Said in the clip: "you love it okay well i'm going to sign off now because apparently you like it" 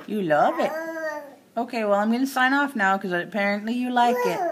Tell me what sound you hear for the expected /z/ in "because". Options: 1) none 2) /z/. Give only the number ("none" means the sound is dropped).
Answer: 1